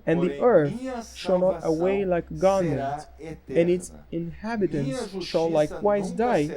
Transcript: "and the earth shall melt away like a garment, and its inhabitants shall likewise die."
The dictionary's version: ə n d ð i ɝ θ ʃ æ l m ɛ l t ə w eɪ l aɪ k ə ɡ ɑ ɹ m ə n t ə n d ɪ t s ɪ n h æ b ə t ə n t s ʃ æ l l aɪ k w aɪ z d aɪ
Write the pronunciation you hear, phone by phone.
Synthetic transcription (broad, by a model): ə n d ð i ɝ θ ʃ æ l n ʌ t ə w eɪ l aɪ k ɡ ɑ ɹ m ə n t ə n ɪ t s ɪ n h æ b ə t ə n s ʃ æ l l aɪ k w aɪ z d aɪ